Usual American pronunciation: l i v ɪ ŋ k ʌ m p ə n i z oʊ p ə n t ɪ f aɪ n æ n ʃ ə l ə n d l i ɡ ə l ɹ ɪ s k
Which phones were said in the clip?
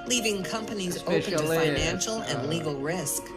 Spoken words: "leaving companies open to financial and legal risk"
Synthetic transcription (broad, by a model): l i v ɪ ŋ k ʌ m p ə n i z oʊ ə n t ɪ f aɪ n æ n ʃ l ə n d l i ɡ l ɹ ɪ s k